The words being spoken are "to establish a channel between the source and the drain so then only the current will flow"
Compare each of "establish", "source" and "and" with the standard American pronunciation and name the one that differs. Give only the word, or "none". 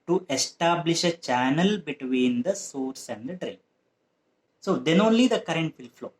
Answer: none